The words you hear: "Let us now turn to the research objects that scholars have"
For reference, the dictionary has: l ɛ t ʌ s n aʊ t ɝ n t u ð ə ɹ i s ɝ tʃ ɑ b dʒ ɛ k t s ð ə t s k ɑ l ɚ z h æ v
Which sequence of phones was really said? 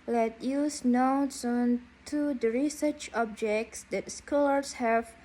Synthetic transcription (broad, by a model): l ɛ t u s n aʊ s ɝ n t u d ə ɹ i s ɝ tʃ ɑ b dʒ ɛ k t s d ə t s k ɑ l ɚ s h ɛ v